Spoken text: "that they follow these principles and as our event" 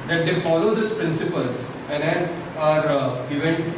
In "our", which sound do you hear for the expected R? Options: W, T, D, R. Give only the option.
R